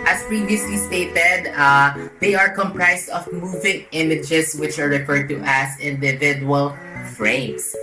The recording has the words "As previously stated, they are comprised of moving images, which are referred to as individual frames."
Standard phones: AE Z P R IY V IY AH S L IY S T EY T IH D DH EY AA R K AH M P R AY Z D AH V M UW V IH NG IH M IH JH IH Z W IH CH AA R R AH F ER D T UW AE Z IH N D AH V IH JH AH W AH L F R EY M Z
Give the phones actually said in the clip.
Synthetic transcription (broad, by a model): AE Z P R IY V IY AH S L IY S T EY T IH D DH EY AA R K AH M P R AY S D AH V M UW V IH NG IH M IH JH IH S W IH CH AA R R AH F ER D T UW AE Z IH N D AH V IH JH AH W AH L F R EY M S